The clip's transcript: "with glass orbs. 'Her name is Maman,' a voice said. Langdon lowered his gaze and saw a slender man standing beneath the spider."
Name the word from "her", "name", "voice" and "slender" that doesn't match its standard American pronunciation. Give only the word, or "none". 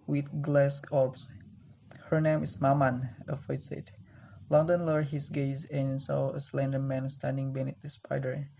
voice